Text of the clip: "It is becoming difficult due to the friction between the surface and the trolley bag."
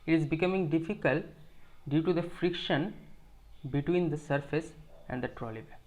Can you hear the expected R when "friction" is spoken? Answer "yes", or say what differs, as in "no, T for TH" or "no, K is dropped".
yes